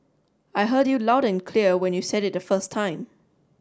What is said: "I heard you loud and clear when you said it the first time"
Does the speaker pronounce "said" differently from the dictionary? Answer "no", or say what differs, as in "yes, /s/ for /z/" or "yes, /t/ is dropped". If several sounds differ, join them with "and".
no